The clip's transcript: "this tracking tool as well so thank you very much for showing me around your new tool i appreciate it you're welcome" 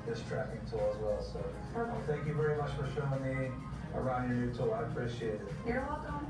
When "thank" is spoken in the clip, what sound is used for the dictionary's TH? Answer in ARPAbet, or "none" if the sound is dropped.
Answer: TH